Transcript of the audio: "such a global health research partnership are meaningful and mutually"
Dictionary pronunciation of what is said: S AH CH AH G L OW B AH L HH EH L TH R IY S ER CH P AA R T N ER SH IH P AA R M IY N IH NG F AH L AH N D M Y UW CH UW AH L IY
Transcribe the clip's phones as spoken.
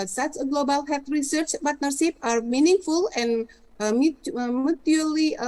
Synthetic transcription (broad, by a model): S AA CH AH G L OW B AH L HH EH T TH R IY S ER CH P AA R T N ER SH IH P AA R M IY N IH NG F AH L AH N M M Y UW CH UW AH L IY